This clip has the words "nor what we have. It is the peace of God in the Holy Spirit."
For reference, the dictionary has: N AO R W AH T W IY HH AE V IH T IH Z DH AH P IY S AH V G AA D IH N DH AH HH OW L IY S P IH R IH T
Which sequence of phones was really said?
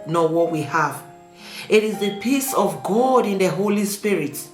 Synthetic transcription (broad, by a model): N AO W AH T W IY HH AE V IH T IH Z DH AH P IY S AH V G AA D IH N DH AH HH OW L IY S P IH R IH T